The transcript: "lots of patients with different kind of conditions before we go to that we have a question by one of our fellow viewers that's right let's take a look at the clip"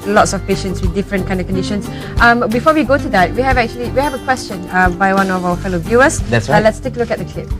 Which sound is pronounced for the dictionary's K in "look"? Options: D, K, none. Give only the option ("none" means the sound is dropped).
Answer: K